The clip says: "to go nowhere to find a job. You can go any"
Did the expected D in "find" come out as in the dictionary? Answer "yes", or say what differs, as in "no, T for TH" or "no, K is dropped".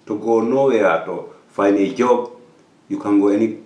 no, D is dropped